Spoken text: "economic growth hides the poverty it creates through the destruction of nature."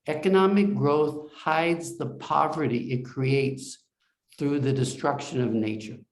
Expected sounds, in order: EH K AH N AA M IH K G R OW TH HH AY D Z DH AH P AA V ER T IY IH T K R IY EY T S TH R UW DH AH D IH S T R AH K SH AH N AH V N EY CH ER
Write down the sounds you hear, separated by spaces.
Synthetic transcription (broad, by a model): EH K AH N AA M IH K G R OW TH HH AY D Z DH AH P AA V ER T IY IH T K R IY EY T S TH R UW DH AH D IH S T R AH K SH AH N AH V N EY CH ER